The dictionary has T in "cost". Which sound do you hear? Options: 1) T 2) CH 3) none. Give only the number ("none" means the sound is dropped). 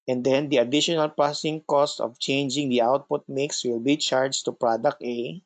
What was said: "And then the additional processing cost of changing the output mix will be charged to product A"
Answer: 1